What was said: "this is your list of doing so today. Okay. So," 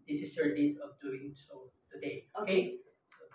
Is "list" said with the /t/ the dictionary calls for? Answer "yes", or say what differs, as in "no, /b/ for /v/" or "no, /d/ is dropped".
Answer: no, /t/ is dropped